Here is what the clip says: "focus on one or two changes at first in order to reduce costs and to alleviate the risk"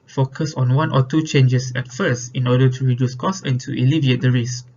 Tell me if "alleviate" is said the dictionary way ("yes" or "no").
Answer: yes